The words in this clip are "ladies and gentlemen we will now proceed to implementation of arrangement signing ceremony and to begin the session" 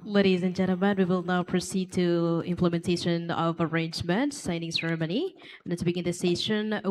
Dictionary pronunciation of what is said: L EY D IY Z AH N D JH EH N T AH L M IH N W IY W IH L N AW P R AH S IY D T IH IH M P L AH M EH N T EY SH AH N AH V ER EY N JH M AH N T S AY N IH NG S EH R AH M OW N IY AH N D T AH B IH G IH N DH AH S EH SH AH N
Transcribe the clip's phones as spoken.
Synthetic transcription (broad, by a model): L EY D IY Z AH N JH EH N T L M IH N W IY W IH L N AW P R AH S IY D T IH IH M P L AH M EH N T EY SH AH N AH V ER EY N JH M AH N T S AY N IH NG S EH R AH M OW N IY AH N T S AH B IH G IH N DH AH S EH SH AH N